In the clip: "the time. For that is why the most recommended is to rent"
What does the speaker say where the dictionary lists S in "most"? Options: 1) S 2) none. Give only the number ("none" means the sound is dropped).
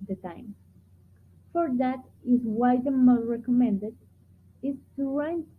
2